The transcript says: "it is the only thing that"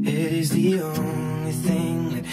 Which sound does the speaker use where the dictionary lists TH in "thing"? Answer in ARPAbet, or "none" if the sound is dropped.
TH